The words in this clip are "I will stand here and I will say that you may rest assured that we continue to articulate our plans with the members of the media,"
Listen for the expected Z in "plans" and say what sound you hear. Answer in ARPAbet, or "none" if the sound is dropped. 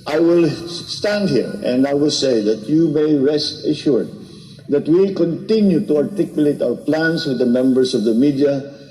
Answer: S